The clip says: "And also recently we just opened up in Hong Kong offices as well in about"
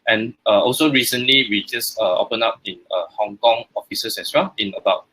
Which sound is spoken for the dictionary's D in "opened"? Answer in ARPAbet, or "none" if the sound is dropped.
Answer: none